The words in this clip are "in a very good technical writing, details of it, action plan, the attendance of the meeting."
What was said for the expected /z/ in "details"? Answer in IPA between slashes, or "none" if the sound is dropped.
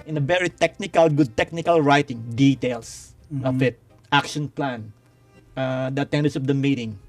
/s/